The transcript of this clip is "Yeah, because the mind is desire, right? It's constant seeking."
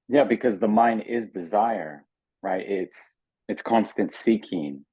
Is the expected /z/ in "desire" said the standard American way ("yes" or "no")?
yes